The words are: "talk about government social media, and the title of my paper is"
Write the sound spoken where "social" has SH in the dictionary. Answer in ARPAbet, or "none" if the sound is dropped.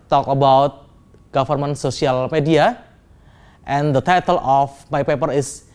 S